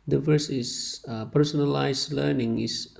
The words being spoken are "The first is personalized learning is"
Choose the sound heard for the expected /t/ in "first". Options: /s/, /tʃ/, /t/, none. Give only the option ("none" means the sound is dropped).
none